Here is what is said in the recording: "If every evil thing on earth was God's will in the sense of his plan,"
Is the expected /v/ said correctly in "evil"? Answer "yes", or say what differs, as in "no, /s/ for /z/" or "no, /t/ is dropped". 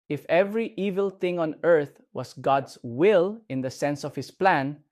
yes